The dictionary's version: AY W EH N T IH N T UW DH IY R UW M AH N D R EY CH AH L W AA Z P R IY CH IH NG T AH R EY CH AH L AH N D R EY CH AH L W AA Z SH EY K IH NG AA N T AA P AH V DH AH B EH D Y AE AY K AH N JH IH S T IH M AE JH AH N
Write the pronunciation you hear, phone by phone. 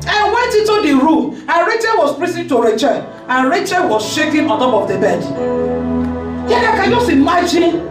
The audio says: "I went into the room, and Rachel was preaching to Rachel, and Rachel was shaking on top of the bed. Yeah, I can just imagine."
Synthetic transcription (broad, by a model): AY W EH N T IH N T UW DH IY R UW M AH N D R EY CH AH L W AA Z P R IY S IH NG T AH R EY CH AH L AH N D R EY CH AH L W AA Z SH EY K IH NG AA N T AA P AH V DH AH B EH D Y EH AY K AH N JH IH S T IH M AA JH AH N